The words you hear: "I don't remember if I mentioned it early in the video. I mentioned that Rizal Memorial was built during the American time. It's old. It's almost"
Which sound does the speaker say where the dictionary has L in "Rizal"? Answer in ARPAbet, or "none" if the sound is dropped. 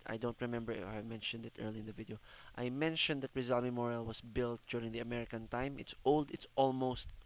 L